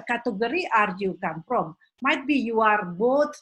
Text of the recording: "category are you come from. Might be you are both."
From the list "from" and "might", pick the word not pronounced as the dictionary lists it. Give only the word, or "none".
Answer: from